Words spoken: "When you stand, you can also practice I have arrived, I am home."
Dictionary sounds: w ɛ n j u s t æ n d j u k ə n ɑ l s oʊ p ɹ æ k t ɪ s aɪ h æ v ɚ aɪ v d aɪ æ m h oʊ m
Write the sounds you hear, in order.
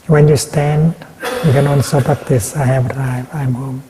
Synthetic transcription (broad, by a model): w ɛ n j u s t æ n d j u k ə n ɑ n s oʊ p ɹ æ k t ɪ s aɪ h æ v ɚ aɪ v aɪ m h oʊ m